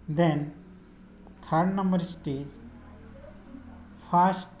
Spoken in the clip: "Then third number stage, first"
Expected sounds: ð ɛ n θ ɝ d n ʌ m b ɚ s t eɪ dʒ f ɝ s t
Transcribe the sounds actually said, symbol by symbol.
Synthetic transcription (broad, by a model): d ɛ n t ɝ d n ʌ m b ɚ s t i z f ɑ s t